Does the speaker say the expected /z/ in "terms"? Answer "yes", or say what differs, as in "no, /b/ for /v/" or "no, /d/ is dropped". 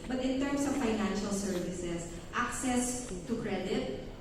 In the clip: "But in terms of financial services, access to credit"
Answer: no, /s/ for /z/